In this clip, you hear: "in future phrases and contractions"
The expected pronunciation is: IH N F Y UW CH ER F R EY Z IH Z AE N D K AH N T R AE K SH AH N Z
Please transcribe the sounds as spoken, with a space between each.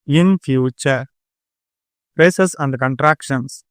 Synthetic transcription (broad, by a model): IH N F Y UW CH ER P R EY S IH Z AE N D K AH N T R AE K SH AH N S